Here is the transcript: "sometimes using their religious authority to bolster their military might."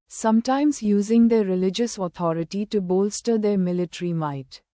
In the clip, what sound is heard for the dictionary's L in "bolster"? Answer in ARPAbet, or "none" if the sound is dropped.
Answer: L